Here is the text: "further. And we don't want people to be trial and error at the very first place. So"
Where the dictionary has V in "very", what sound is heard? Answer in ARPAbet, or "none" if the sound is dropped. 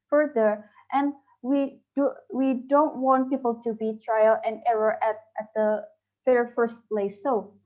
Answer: F